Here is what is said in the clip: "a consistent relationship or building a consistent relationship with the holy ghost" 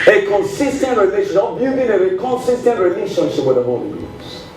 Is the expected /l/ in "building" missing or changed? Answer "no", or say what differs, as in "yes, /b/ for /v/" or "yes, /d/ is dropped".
yes, /l/ is dropped